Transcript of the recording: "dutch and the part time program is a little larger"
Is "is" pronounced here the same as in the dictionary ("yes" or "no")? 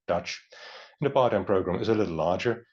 yes